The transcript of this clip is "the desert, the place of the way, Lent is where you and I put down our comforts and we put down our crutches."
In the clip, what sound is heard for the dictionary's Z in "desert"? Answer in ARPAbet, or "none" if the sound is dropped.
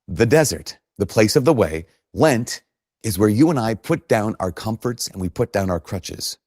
Z